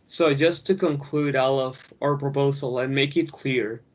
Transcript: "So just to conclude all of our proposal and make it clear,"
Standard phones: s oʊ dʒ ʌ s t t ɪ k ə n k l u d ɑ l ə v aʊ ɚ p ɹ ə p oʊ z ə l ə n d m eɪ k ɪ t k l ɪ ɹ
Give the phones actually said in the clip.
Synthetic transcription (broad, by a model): s oʊ dʒ ʌ s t t ɪ k ə n k l u d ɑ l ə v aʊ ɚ p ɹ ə p oʊ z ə l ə n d m eɪ k ɪ t k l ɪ ɹ